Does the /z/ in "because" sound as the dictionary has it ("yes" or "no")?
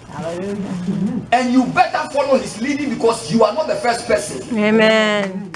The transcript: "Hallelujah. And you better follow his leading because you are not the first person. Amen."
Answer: no